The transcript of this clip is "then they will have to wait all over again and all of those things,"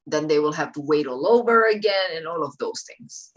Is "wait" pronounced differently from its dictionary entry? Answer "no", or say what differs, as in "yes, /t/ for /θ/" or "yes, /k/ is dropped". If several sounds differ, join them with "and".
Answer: no